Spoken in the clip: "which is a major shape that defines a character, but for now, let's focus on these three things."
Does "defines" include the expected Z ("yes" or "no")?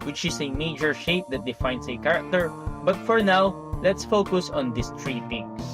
no